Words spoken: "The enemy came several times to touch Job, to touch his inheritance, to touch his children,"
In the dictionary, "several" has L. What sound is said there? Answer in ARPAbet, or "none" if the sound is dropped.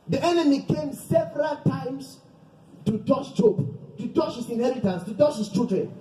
L